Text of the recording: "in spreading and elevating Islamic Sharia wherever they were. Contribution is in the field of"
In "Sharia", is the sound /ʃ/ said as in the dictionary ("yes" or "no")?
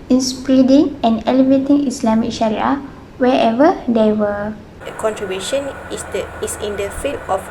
yes